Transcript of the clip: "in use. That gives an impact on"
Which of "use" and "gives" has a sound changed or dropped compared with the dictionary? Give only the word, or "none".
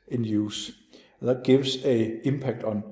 gives